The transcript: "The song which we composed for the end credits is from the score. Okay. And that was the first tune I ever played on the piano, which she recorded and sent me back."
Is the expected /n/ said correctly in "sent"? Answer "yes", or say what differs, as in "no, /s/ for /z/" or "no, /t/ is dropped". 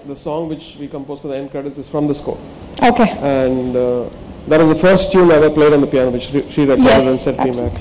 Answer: no, /n/ is dropped